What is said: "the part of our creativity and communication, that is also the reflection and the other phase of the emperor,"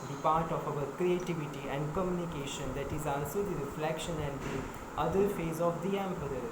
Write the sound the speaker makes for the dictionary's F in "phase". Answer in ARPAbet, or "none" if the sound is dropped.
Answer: F